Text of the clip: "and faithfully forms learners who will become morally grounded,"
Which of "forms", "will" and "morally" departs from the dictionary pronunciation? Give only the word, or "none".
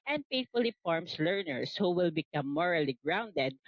forms